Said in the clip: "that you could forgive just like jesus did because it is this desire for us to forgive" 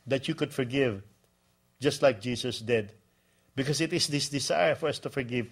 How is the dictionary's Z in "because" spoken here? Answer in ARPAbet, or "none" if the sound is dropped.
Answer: S